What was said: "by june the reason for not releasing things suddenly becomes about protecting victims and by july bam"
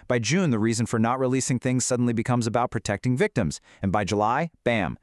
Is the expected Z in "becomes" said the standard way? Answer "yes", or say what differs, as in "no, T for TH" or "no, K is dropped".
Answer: yes